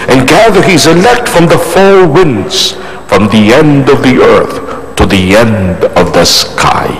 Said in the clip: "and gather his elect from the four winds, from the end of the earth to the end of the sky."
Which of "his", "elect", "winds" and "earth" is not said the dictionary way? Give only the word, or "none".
none